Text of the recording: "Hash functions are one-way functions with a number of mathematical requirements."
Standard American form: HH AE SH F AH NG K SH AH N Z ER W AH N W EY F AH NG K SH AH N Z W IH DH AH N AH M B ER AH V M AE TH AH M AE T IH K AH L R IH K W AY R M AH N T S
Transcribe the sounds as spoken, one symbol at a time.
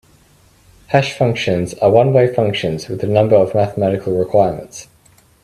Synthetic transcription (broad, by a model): HH AE SH F AH NG K SH AH N Z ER W AH N W EY F AH NG K SH AH N Z W IH DH AH N AH M B ER AH V M AE TH AH M AE T IH K AH L R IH K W AY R M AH N T S